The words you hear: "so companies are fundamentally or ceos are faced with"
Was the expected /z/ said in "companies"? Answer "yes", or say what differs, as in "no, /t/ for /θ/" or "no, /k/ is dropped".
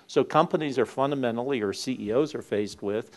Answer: yes